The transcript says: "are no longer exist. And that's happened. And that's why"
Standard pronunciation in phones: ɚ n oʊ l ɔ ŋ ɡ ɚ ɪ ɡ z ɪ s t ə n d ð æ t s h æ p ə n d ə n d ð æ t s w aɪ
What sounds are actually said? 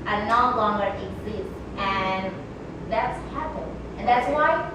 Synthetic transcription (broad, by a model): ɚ n oʊ l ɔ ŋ ɡ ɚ ɪ ɡ z ɪ s t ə n ð æ t s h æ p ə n ə n ð æ t s w aɪ